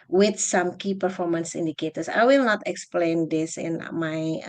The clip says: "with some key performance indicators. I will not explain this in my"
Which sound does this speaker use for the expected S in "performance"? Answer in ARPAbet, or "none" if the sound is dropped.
S